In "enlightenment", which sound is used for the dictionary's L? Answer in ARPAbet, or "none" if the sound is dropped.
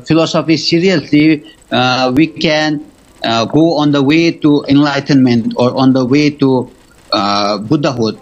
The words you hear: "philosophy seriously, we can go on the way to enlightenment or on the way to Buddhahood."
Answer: L